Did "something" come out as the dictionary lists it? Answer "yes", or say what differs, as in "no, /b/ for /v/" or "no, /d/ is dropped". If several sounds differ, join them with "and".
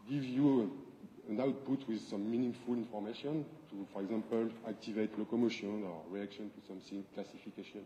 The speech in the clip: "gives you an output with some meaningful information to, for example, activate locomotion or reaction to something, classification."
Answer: no, /s/ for /θ/